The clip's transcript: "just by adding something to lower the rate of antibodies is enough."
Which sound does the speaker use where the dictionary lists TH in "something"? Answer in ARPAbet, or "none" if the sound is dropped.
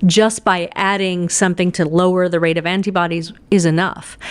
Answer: TH